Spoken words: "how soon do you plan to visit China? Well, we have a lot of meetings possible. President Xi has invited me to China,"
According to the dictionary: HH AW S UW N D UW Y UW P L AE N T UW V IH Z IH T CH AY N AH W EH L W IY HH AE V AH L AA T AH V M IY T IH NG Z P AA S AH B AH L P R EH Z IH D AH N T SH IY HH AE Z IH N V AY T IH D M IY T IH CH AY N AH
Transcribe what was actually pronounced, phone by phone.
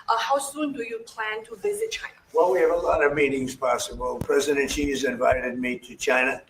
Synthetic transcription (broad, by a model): HH AW S UW N D UW Y UW P L AE N T UW V IH Z IH T CH AY N AH W EH L W IY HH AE V AH L AA T AH V M IY T IH NG Z P AA S AH B AH L P R EH Z IH D AH N T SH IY Z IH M V AY T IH D M IY T IH CH AY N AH